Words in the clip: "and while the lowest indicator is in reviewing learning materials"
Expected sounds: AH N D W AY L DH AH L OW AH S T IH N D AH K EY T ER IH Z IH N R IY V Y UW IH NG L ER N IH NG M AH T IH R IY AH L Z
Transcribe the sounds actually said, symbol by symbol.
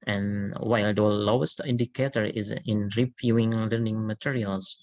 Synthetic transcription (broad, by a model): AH N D W AY L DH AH L OW AH S T IH N D AH K EY T ER IH Z IH N R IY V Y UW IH NG L ER N IH NG M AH T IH R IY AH L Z